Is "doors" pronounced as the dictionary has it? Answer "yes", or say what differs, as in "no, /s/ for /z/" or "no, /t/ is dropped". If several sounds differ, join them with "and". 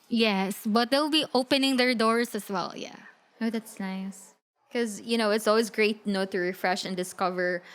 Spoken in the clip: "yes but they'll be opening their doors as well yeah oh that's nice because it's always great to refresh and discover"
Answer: no, /s/ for /z/